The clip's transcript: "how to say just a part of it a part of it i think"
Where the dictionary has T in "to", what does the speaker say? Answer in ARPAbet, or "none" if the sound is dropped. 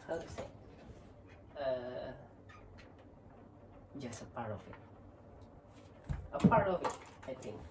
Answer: S